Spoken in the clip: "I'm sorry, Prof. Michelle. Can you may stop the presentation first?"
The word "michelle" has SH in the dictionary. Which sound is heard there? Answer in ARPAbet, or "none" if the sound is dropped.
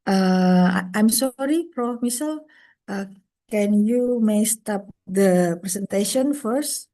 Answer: S